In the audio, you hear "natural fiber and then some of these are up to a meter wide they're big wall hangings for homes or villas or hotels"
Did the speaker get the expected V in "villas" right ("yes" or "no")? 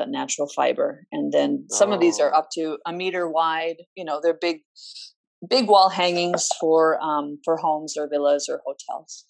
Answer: yes